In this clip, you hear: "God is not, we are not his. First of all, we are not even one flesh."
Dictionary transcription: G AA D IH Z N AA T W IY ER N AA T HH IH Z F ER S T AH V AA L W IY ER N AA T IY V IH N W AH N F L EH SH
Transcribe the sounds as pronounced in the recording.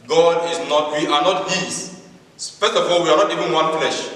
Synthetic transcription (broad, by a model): G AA D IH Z N AA T W IY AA N AA T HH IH S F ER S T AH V AA L W IY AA N AA T IY V IH N W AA N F L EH SH